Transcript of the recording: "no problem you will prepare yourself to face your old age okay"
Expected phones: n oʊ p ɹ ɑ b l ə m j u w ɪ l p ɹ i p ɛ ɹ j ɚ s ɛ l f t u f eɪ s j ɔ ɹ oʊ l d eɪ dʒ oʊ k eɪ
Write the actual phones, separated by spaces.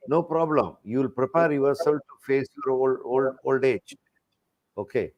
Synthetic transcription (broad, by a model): n oʊ p ɹ ɑ b l ə m j u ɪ l p ɹ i p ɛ ɹ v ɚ s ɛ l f t u f eɪ s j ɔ ɹ oʊ l d eɪ dʒ oʊ k eɪ